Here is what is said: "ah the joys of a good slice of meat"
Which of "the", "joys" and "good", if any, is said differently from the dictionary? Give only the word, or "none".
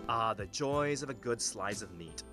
none